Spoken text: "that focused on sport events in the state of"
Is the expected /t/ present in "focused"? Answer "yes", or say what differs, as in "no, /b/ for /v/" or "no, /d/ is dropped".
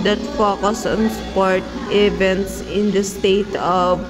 no, /t/ is dropped